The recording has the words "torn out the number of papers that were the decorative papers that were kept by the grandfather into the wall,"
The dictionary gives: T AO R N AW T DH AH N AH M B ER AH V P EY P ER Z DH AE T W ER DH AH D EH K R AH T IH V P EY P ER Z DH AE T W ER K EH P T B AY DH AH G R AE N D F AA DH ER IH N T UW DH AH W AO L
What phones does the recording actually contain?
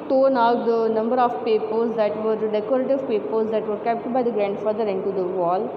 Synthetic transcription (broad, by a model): T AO N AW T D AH N AH M B ER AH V P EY P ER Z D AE T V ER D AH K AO R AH T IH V P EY P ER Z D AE T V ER K EH P T B AY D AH G R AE N D F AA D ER IH N T UW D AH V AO L